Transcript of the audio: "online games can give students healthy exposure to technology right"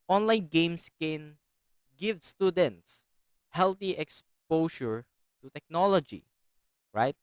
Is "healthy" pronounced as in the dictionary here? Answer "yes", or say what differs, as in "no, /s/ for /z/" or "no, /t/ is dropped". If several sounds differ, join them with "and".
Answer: no, /t/ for /θ/